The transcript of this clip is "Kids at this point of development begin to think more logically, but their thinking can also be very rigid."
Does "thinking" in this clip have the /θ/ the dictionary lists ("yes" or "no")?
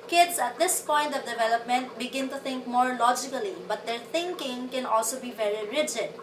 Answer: no